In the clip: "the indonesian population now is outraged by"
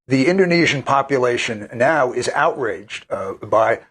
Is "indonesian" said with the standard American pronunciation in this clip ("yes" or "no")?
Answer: yes